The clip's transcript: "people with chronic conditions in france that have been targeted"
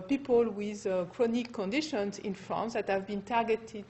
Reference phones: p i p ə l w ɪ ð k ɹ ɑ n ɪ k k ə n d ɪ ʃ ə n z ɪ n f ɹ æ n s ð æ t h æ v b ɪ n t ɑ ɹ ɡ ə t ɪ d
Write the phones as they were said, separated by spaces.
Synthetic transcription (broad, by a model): p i p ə l w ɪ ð k ɹ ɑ n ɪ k k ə n d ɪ ʃ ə n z ɪ n f ɹ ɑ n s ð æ t h æ v b ɪ n t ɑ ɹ ɡ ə t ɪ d